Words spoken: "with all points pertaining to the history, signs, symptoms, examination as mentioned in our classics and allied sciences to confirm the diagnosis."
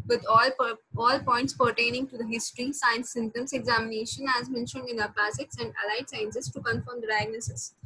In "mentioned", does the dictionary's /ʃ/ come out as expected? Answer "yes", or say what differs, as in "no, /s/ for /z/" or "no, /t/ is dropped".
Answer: yes